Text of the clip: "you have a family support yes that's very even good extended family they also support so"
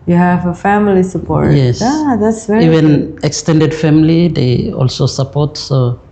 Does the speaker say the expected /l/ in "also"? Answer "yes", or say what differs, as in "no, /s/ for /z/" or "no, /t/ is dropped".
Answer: yes